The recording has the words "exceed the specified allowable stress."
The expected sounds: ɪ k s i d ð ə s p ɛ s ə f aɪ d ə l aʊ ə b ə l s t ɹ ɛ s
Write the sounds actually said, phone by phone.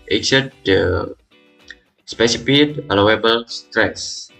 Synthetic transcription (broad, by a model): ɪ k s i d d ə s p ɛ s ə p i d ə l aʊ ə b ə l s t ɹ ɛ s